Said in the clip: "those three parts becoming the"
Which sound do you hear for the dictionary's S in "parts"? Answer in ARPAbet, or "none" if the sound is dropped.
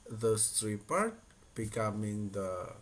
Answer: none